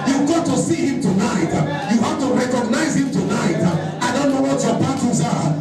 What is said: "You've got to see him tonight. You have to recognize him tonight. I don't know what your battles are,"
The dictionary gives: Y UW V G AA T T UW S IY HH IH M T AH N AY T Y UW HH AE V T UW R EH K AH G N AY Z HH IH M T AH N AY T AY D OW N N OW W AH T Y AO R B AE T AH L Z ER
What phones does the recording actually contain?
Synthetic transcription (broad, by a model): Y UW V G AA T T UW S IY HH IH M T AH N AY T Y UW HH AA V T UW R EH K AH G N AY Z HH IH M T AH N AY T AY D OW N N OW W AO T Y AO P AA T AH Z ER